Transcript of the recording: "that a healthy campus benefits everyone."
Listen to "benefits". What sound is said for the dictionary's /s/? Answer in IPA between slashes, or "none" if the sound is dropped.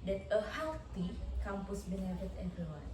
none